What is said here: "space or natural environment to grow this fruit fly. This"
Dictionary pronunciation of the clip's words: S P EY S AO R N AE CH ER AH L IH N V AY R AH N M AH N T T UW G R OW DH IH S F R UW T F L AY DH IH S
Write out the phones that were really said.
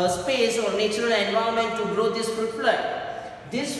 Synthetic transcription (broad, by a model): S P EY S AO R N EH CH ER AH L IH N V AY AH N M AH N T T UW G R OW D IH S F UW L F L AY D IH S